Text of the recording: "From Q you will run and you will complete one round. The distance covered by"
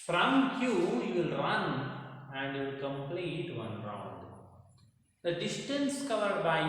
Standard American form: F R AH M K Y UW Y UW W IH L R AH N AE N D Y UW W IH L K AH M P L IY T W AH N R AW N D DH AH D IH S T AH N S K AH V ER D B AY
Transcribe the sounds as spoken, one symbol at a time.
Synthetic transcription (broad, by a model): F R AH M K Y UW Y UW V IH L R AH N AE N D Y UW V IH L K AH M P L IY T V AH N R AW N D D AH D IH S T AH N S K AH V ER D B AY